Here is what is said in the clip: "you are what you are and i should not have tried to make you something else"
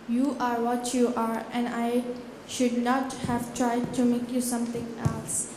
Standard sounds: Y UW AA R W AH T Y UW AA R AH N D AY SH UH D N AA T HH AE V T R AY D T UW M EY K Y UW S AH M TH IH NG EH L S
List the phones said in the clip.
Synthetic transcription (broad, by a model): Y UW AA R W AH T Y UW AA R AH N D AY SH UH D N AA T HH AE V T R AY D T UW M EY K Y UW S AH M T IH NG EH L S